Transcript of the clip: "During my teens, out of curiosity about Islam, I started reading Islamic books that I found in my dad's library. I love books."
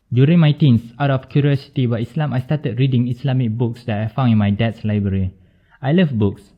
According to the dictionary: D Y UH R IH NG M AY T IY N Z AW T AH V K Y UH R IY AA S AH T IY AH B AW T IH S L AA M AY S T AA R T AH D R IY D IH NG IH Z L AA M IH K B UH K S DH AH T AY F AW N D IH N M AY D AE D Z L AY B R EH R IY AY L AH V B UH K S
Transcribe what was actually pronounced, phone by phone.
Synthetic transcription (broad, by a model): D Y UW R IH NG M AY T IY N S AW T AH F K Y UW R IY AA S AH T IY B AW IH S L AA M AY S T AA T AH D R IY D IH NG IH S L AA M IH K B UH K S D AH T AY F AW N IH N M AY D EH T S L AY B R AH R IY AY L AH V B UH K S